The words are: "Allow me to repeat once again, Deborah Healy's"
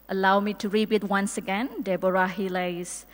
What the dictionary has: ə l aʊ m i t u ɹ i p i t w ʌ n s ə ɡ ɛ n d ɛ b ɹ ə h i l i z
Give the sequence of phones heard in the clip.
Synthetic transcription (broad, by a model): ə l aʊ m i t u ɹ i b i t w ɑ n s ə ɡ ɛ n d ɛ b ɹ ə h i l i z